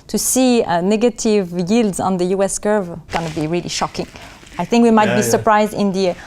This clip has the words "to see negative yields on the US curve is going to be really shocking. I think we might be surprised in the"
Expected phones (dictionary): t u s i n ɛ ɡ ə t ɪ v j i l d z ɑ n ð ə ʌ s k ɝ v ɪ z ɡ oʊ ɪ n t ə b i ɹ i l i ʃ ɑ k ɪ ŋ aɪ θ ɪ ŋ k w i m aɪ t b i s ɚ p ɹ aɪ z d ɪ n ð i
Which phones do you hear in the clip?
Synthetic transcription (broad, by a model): t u s i n ɛ ɡ ə t ɪ v j i l d z ɑ n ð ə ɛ s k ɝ v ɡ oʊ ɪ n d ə b i ɹ i l i ʃ ɑ k ɪ ŋ aɪ θ ɪ ŋ k w i m aɪ t b i s ɚ p ɹ aɪ z d ɪ n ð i